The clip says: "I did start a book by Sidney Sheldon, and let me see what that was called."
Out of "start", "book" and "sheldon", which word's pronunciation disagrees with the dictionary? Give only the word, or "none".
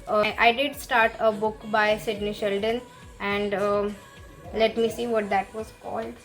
none